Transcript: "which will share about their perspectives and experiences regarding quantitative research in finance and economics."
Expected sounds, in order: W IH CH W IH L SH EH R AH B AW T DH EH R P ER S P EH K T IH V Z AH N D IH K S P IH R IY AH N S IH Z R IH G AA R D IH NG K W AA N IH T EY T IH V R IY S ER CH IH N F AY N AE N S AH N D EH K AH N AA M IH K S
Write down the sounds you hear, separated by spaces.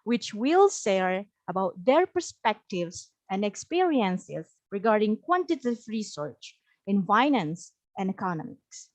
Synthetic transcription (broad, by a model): W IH CH W IH L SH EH R AH B AW T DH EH R P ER S P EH K T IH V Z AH N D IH K S P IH R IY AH N S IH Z R IH G AA R D IH NG K W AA N T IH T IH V R IY S ER CH IH N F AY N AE N S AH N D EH K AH N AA M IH K S